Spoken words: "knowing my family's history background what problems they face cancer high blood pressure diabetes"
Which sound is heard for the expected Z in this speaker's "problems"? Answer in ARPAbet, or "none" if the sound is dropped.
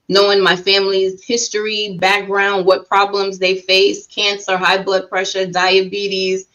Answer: Z